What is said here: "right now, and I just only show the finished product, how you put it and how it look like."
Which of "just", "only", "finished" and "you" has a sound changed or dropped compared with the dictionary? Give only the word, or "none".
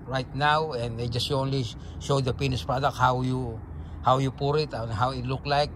finished